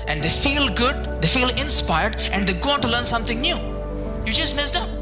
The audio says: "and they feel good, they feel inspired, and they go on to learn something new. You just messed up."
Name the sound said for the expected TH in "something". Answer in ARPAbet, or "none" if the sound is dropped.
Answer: T